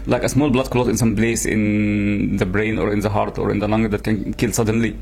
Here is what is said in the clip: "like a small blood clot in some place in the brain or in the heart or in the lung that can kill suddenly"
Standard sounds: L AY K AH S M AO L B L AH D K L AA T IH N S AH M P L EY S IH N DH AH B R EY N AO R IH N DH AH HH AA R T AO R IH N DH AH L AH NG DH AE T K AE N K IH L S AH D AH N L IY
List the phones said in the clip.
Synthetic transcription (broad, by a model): L AY K AH S M AO L B L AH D K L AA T IH N S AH M B L EY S IH N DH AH B R EY N AO R IH N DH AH HH AA R T AO R IH N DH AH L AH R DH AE T K AE N K IH L S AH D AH N L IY